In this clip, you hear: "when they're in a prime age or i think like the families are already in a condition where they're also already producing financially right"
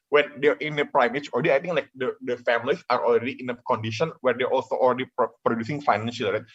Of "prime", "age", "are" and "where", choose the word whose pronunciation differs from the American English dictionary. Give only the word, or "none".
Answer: age